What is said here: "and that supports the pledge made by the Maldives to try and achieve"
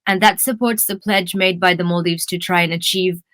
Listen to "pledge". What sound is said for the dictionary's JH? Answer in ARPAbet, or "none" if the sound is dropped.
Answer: JH